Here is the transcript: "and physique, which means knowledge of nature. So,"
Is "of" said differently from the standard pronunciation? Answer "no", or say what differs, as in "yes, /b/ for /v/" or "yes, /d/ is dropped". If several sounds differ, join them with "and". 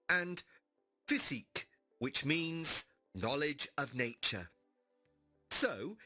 no